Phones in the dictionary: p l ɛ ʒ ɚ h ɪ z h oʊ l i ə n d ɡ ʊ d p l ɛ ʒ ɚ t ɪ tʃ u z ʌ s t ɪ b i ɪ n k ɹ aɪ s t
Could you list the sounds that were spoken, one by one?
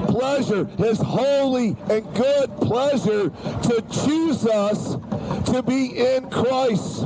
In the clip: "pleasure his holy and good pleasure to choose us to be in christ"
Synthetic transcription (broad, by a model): p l ɛ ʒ ɚ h ɪ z h oʊ l i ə n ɡ ʊ d p l ɛ ʒ ɚ t ɪ tʃ u z ʌ s t ɪ b i ɪ n k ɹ aɪ s t